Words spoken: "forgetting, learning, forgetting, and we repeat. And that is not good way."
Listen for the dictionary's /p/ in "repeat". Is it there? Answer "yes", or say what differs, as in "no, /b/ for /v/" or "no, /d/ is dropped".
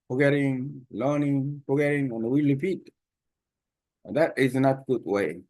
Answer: no, /f/ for /p/